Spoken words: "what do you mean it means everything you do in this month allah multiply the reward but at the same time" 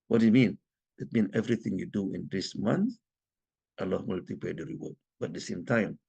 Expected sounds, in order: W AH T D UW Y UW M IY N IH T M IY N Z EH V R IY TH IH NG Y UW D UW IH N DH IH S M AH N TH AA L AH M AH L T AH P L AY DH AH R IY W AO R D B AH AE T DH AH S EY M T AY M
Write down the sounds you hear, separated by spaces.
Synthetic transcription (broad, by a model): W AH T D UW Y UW M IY N IH T M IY N EH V R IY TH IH NG Y UW D UW IH N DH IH S M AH N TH AA L AH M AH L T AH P EH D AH R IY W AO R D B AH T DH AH S EY M T AY M